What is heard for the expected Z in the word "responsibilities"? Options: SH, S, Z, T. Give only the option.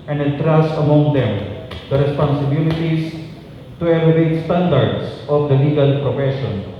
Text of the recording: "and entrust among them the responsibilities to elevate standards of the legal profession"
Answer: S